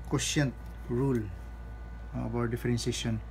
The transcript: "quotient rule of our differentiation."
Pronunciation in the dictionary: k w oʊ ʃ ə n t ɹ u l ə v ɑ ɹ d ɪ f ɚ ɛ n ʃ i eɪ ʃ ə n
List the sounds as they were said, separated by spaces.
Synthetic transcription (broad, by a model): k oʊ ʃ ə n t ɹ u l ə b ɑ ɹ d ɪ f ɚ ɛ n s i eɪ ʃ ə n